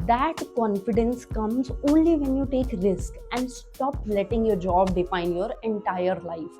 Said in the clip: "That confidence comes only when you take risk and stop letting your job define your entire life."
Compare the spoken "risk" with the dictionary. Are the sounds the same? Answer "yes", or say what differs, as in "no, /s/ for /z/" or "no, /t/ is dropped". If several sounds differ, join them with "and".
yes